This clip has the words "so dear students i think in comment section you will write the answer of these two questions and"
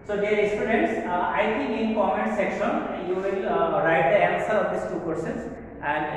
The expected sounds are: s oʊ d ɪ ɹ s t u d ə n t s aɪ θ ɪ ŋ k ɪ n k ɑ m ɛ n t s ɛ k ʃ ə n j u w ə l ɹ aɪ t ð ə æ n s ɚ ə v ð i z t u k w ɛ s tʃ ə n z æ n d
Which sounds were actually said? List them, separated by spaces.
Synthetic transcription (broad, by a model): s oʊ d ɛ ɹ s t u d ə n t s aɪ t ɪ ŋ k ɪ n k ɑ m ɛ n s ɛ k ʃ ə n j u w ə l ɹ aɪ t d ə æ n s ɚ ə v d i s t u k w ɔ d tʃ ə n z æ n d